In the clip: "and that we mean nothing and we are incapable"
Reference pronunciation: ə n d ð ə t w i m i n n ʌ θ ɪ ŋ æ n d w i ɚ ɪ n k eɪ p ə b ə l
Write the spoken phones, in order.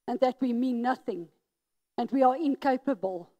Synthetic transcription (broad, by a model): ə n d ð ə t w i m i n n ʌ θ ɪ ŋ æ n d w i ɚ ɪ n k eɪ p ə b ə l